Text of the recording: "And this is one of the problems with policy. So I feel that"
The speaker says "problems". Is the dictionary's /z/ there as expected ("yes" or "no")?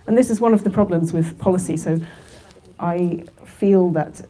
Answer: yes